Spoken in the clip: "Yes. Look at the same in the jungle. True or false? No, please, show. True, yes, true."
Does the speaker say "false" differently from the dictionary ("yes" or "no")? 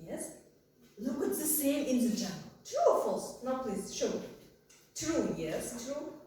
no